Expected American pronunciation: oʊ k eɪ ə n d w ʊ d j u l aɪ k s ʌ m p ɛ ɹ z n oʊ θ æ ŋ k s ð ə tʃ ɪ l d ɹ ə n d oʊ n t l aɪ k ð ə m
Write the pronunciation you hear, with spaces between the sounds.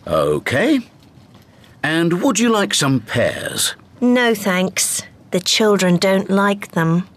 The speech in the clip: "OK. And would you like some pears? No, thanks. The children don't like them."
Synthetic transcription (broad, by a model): oʊ k eɪ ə n w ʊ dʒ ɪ l aɪ k s ʌ m p ɛ ɹ z n oʊ θ æ ŋ k s ð ə tʃ ɪ l d ɹ ə n d oʊ n t l aɪ k ð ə m